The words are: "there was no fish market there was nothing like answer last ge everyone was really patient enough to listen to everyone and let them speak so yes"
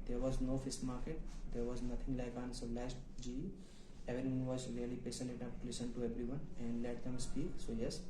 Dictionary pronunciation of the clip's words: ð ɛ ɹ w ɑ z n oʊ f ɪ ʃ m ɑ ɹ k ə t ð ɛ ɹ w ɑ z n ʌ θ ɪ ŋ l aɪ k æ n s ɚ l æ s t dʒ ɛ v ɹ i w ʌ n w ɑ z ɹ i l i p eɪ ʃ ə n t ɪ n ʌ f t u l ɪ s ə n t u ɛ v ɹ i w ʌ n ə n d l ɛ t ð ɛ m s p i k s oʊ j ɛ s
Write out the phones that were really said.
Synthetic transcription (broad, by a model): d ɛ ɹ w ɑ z n oʊ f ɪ s m ɑ ɹ k ə t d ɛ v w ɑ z n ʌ t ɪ ŋ l aɪ k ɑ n s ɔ l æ s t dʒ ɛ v i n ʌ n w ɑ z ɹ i l i p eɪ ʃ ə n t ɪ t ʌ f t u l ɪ s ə n t u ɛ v ɹ i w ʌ n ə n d l ɛ t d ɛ m s p i k s oʊ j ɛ s